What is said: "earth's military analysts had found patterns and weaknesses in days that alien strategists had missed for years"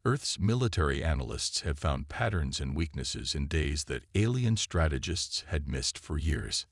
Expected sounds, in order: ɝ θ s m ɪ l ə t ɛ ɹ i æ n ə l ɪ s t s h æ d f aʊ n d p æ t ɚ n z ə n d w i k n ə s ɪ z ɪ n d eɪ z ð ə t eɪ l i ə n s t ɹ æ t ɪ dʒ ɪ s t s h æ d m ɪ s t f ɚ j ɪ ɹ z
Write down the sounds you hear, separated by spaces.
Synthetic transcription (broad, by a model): ɝ θ s m ɪ l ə t ɛ ɹ i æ n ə l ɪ s t s h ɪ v f aʊ n d p æ t ɚ n z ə n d w i k n ə s ɪ z ɪ n d eɪ z ð ə t eɪ l i ə n s t ɹ æ t ɪ dʒ ɪ s t s h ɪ d m ɪ s t f ɚ j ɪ ɹ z